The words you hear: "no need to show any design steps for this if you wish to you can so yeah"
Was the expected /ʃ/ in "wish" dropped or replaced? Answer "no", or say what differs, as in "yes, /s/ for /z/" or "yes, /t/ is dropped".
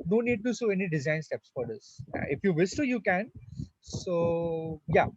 yes, /s/ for /ʃ/